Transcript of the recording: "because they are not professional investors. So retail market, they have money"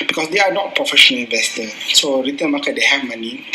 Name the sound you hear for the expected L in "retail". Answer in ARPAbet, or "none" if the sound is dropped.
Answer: N